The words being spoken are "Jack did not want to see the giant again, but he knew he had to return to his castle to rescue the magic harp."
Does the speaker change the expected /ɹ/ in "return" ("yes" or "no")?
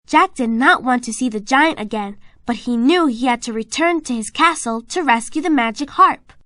no